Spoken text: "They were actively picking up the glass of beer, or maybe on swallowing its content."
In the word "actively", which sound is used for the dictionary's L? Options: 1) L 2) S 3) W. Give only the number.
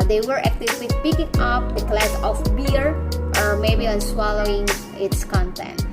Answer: 3